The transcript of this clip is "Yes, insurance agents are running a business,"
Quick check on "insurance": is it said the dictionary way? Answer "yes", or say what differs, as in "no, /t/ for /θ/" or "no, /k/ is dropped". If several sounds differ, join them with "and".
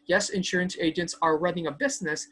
yes